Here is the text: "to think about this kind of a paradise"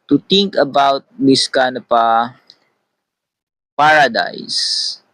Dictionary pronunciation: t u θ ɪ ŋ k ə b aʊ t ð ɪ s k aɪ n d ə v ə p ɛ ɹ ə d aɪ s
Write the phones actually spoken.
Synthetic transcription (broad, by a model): t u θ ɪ ŋ k ə b aʊ t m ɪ s k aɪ n ə p ə p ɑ ɹ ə d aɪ s